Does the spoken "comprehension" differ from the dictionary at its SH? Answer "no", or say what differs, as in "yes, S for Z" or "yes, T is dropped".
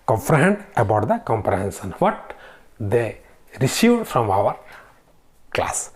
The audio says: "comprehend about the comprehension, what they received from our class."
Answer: yes, S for SH